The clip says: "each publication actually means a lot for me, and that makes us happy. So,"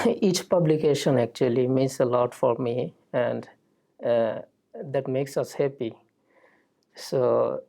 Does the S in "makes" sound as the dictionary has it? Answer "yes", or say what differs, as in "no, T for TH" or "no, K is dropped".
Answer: yes